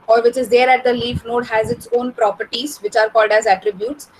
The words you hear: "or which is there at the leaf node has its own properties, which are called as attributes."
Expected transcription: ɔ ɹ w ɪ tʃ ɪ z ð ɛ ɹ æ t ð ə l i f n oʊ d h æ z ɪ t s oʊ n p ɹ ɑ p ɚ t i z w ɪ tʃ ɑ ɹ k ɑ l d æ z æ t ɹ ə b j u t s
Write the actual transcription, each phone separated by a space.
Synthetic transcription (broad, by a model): ɔ ɹ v ɪ tʃ ɪ z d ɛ ɹ æ t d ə l i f n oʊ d h æ z ɪ t s oʊ n p ɹ ɑ p ɚ t i z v ɪ tʃ ɑ ɹ k ɑ l d æ z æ t ɹ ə b j u t s